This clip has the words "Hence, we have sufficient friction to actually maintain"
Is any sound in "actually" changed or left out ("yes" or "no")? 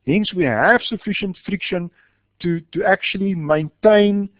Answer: no